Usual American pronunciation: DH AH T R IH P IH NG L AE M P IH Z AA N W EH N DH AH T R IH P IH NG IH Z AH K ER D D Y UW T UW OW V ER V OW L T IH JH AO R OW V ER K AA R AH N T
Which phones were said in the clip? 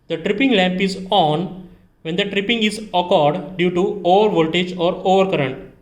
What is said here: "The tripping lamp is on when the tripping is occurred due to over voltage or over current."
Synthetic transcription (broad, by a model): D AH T R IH P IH NG L AE M P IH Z AA N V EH N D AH T R IH P IH NG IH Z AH K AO D D Y UW T UW OW V ER V OW L T IH JH AO R OW V ER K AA R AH N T